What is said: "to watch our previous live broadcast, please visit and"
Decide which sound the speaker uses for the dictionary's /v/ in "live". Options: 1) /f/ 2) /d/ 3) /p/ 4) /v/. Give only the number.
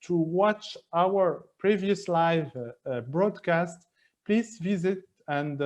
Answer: 4